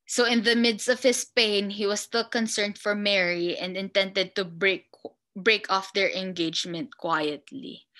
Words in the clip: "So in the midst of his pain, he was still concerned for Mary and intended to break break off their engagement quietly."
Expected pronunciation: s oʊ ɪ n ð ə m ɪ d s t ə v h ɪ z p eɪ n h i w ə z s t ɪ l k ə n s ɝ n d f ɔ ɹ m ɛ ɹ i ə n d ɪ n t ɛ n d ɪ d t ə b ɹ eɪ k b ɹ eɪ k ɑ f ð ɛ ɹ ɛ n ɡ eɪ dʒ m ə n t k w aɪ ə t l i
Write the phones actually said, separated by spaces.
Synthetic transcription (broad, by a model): s oʊ ɪ n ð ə m ɪ d s t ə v h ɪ s p eɪ n h i w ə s s t ɪ l k ə n s ɝ n d f ɔ ɹ m ɛ ɹ i ə n d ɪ n t ɛ n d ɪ d t ə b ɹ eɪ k b ɹ eɪ k ɑ f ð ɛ ɹ ɛ n ɡ eɪ dʒ m ə n t k w aɪ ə t l i